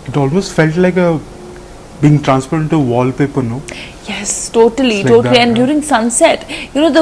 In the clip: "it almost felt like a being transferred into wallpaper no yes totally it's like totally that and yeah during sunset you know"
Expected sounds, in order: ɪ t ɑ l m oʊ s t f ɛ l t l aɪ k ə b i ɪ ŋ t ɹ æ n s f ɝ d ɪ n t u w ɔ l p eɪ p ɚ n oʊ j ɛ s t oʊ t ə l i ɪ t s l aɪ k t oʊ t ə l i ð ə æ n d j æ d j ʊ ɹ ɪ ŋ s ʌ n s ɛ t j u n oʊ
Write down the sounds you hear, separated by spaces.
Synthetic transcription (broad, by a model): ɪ t ɑ l m oʊ s t f ɛ l t l aɪ k ə b i ɪ ŋ t ɹ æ n s p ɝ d ɪ n t u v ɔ l p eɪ p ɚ n oʊ j ɛ s t oʊ t ə l i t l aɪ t oʊ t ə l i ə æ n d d j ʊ ɹ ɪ ŋ s ʌ n s ɛ t j u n oʊ